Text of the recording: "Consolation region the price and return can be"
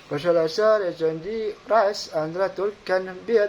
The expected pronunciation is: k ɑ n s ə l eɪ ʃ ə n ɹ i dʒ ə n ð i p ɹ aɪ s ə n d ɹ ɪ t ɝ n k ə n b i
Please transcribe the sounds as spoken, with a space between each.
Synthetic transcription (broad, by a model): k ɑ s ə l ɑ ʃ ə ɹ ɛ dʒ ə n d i ɹ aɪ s ə n d ɹ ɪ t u l k ə n b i